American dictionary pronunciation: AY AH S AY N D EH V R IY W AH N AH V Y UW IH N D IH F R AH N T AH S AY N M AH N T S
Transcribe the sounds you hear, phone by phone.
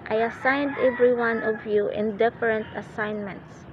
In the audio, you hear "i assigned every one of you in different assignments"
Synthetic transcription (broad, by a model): AY AH S AY N D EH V R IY W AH N AH V Y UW IH N D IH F R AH N T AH S AY N M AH N T S